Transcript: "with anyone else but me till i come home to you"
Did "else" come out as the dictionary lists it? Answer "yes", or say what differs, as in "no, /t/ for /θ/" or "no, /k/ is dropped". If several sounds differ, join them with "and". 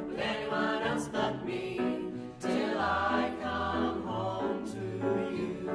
no, /l/ is dropped